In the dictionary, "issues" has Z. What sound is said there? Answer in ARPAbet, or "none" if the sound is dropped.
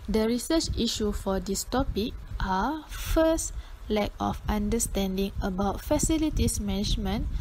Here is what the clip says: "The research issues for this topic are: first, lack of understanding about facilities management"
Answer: none